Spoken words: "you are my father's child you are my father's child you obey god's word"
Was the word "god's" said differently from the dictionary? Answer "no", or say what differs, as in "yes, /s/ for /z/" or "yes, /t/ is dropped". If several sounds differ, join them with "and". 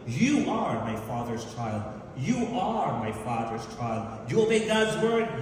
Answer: no